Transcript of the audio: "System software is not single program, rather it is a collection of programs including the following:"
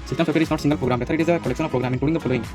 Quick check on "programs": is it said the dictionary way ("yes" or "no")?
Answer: no